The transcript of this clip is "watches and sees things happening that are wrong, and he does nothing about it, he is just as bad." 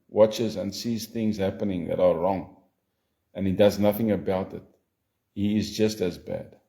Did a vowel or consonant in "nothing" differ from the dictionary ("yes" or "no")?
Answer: no